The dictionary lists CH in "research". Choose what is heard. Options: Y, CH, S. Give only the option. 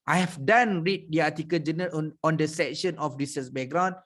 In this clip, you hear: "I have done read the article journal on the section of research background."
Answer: S